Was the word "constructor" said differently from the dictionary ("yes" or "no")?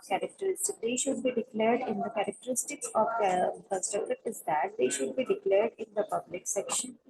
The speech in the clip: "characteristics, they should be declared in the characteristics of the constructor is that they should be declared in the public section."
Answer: yes